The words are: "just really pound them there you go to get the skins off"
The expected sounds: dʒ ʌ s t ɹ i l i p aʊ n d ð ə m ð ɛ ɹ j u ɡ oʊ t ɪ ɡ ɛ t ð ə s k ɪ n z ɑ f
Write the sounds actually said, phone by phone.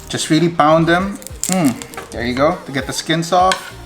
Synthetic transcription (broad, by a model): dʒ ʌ s t ɹ i l i b aʊ n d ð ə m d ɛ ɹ j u ɡ oʊ t ɪ ɡ ɛ t ð ə s k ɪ n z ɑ f